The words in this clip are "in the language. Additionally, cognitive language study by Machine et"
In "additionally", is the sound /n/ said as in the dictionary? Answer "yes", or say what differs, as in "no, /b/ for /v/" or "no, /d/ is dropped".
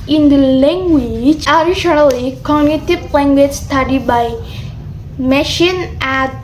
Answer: no, /l/ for /n/